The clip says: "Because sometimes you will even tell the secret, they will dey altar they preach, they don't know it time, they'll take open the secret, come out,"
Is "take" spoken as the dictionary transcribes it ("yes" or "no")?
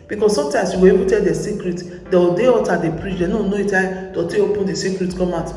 no